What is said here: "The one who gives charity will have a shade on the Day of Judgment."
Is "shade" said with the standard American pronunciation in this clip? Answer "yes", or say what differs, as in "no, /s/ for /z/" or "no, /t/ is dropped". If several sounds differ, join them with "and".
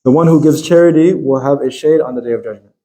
yes